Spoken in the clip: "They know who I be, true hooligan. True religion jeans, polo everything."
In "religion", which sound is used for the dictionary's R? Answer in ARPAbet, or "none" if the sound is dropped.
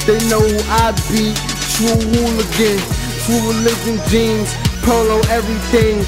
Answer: L